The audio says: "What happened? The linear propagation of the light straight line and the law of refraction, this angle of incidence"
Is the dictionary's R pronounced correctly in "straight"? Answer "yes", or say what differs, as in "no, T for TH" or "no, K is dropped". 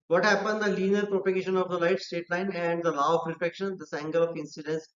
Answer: no, R is dropped